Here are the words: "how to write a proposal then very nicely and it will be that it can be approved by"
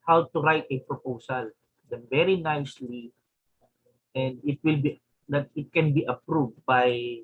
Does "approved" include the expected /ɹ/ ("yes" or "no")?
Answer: yes